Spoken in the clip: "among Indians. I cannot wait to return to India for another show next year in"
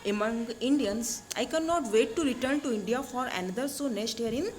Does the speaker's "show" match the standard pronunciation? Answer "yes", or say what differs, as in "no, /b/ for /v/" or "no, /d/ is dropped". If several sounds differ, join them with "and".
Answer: no, /s/ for /ʃ/